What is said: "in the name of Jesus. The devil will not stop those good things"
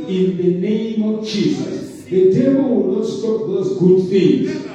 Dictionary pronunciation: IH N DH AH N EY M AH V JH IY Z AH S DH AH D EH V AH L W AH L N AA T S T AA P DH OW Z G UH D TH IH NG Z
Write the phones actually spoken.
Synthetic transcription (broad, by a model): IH N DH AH N EY M AH V JH IY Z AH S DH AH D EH B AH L W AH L N AA T S T AA P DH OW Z G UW D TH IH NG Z